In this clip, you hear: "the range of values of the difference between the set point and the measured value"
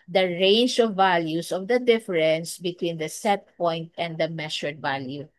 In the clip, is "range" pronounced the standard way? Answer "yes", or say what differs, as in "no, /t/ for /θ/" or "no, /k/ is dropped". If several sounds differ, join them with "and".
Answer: yes